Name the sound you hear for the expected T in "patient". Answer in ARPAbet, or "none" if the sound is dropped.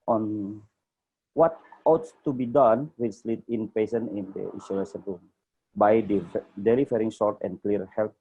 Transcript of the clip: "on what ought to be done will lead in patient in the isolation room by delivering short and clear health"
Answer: none